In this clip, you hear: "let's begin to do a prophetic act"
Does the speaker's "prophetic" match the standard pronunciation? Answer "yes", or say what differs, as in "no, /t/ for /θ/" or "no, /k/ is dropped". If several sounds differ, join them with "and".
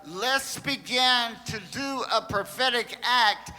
yes